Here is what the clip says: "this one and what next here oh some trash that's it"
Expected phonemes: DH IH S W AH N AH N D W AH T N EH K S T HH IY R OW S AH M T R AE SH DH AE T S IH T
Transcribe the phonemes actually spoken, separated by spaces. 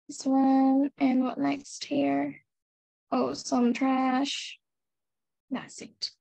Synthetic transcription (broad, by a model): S W AH N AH N W AH T N EH K S T HH IY R OW S AH M T R AE SH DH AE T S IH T